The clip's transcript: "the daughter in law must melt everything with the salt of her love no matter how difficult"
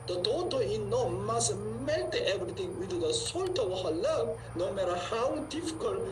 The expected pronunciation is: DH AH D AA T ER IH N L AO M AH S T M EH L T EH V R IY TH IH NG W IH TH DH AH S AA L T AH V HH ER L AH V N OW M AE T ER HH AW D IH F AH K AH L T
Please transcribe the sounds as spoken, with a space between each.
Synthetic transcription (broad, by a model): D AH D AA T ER IH N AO M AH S M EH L T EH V R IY T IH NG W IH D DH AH S AA L T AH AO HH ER L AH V N OW M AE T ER HH AW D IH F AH K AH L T